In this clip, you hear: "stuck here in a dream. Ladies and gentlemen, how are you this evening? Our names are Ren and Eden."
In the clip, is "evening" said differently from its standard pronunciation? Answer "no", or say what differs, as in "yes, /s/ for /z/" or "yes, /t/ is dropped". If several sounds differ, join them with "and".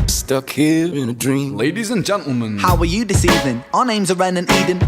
yes, /n/ is dropped